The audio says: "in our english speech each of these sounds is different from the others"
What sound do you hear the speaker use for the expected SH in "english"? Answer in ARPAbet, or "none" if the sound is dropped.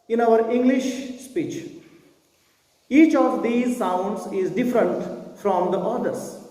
SH